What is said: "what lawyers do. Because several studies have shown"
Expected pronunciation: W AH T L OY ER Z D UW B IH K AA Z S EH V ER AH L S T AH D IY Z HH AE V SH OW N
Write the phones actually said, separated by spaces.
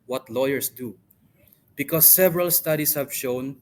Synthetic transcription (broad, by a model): W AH T L OY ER S D UW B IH K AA S EH V ER AH L S T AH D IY S HH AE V SH OW N